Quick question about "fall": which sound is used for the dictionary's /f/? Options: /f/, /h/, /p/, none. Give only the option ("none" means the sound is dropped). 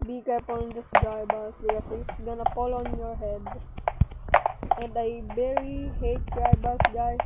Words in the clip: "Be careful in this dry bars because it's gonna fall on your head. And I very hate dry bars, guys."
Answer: /p/